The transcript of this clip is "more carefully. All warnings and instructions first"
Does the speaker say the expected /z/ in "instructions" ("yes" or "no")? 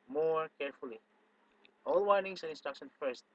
no